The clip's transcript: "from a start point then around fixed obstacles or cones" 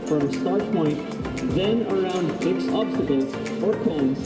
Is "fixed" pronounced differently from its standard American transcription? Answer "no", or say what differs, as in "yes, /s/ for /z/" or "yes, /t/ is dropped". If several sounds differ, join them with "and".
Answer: yes, /t/ is dropped